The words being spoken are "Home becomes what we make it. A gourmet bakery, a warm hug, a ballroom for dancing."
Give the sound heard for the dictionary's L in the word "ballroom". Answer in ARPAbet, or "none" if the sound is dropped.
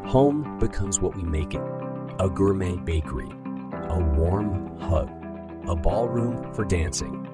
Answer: L